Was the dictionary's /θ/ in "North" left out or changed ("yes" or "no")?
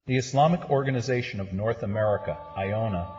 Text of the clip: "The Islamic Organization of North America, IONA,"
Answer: no